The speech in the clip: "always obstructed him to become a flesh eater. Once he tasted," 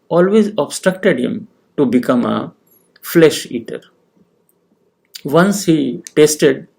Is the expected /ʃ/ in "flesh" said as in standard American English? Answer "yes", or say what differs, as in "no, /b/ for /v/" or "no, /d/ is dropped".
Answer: yes